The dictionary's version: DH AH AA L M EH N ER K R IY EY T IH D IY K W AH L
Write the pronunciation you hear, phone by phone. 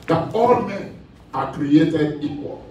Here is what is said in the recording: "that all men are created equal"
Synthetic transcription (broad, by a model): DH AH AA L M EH AA K R IY EY T IH D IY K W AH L